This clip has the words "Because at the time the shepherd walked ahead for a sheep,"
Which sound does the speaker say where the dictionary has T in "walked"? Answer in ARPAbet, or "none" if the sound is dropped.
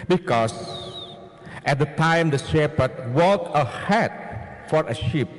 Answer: none